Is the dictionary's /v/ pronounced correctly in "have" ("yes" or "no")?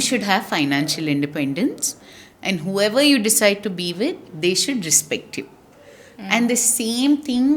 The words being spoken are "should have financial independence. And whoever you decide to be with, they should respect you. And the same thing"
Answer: yes